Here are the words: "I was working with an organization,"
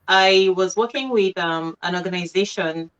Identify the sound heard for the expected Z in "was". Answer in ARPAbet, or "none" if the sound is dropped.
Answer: Z